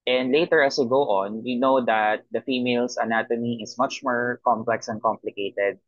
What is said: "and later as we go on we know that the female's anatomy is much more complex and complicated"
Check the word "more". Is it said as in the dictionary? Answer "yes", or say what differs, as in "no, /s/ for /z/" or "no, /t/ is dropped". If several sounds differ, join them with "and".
yes